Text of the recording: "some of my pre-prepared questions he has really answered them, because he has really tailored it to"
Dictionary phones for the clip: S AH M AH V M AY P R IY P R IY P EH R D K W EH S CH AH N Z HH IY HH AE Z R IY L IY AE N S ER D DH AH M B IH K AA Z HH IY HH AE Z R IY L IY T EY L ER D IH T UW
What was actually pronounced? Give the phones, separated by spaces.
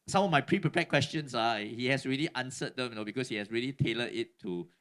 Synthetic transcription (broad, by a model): S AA M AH F M AY P R IY P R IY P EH K W EH S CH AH N S HH IY HH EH S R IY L IY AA N S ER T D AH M B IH K AA S HH IY HH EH S R IY L IY T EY L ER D IH T UW